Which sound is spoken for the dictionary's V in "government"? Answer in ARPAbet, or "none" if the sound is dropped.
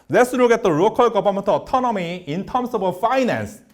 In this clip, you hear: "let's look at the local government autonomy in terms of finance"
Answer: B